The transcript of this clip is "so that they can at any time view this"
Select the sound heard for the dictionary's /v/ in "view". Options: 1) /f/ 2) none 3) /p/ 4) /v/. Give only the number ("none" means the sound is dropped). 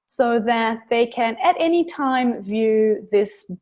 4